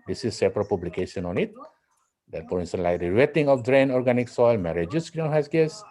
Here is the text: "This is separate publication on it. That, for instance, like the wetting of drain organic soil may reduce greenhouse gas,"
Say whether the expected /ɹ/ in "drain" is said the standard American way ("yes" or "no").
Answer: yes